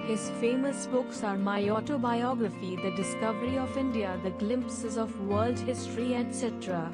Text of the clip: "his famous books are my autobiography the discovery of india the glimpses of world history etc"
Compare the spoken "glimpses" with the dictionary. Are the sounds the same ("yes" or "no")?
yes